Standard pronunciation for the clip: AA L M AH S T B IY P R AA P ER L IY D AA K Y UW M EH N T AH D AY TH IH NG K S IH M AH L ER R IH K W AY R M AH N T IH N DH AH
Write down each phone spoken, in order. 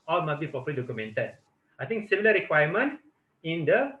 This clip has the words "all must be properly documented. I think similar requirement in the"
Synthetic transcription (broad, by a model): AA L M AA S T B IY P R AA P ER L IY D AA K Y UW M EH N T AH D AY T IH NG K S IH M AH L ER R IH K W AY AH M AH N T IH N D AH